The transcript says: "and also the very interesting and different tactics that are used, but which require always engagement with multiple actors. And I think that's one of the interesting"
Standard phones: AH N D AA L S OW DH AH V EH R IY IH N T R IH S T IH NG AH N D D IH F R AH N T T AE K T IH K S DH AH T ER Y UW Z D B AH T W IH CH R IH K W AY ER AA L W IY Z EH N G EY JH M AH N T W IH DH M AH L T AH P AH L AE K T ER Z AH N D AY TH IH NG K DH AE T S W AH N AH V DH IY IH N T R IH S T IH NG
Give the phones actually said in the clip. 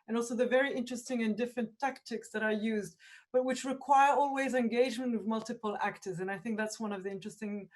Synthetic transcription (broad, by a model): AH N AA L S OW DH AH V EH R IY IH N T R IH S T IH NG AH N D D IH F R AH N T T AE K T IH K S DH AH T ER Y UW Z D B AH T W IH CH R IH K W AY ER AA L W IY Z EH N G EY JH M AH N T W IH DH M AH L T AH P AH L AE K T ER Z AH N AY TH IH NG K DH AE T S W AH N AH V DH IY IH N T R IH S T IH NG